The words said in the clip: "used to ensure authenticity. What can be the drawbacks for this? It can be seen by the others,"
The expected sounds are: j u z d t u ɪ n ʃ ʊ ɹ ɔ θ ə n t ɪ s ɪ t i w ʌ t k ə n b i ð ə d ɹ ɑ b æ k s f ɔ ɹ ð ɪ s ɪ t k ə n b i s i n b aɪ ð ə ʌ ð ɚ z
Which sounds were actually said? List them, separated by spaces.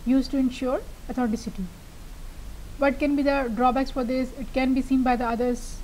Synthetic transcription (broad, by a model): j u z t u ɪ n ʃ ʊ ɹ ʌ t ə t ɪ s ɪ t i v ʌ t k ə n b i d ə d ɹ ɑ b æ k s f ɔ ɹ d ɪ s ɪ t k ə n b i s i n b aɪ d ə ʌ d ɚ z